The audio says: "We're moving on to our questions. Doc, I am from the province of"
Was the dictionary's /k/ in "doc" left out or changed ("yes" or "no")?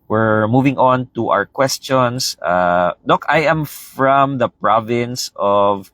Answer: no